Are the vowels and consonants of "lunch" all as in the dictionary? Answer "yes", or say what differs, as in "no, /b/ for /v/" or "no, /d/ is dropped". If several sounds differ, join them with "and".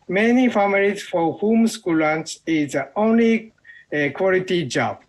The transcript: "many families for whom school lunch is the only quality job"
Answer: no, /s/ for /tʃ/